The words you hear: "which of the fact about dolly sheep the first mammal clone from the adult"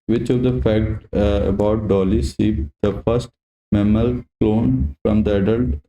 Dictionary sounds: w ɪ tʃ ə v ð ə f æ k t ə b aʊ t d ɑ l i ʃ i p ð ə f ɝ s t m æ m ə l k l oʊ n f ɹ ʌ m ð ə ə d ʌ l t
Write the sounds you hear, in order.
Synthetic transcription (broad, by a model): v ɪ tʃ ə v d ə f æ k t ə b aʊ t d ɑ l i s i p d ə f ɝ s t m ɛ m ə l k l oʊ n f ɹ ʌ m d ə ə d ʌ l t